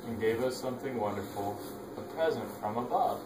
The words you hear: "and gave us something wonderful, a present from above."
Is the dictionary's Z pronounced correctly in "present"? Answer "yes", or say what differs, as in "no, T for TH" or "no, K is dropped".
yes